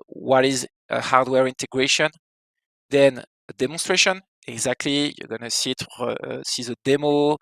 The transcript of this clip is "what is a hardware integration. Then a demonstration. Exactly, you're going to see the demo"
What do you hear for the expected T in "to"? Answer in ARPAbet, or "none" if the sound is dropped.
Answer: S